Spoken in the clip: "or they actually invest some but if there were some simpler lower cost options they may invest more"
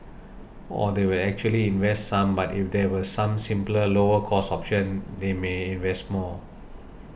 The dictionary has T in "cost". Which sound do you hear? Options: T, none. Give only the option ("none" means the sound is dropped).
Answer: none